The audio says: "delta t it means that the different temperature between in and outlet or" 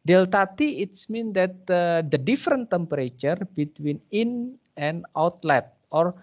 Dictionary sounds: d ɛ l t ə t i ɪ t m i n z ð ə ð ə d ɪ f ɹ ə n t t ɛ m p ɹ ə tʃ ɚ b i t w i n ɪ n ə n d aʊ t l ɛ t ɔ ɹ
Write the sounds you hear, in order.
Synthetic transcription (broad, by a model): d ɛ l t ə t i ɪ t m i n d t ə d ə d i f ɹ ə n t t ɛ m p ɹ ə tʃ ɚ b i t w i n ɪ n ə n aʊ t l ɛ t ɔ ɹ